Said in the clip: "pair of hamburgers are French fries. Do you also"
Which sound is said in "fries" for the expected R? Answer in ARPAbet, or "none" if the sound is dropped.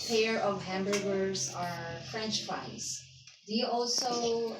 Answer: none